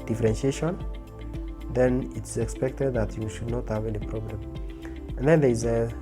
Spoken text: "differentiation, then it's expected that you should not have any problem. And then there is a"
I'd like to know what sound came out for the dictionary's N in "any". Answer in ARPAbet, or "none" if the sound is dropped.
L